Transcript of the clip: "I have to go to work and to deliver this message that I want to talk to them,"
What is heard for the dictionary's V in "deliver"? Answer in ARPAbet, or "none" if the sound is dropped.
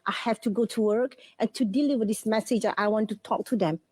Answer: W